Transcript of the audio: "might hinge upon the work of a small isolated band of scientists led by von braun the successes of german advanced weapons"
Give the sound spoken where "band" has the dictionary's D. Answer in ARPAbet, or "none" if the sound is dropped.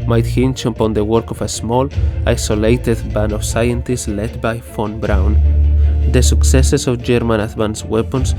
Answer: none